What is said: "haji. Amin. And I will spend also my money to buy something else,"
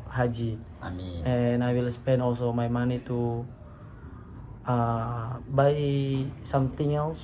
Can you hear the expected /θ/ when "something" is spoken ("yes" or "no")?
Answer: no